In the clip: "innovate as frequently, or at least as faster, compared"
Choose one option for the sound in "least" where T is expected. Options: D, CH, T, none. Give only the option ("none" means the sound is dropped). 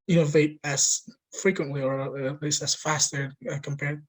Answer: none